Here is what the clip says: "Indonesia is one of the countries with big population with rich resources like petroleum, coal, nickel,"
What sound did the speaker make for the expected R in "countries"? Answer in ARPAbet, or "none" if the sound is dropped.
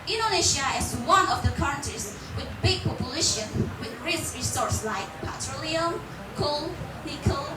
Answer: none